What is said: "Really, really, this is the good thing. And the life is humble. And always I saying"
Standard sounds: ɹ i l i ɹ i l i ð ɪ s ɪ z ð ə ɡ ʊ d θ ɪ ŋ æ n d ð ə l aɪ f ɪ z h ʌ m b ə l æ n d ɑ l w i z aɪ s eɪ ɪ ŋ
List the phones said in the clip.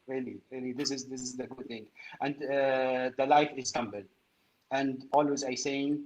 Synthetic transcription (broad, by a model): ɹ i l i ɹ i l i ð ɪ s ɪ z ð ə ɡ ʊ d θ ɪ ŋ æ n d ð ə l aɪ f ɪ z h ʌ m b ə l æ n d ɑ l w i z aɪ s eɪ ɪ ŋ